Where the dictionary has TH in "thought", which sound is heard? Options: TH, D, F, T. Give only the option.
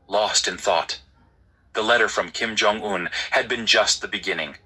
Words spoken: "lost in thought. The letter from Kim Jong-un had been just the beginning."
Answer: TH